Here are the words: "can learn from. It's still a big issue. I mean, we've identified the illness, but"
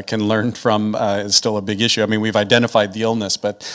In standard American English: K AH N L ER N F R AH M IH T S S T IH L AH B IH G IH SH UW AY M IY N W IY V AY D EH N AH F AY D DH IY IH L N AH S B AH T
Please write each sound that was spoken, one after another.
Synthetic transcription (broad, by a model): K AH N L ER N F R AH M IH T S S T IH L AH B IH G IH SH UW AY M IY N W IY V AY D EH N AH F AY D DH IY IH L N AH S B AH T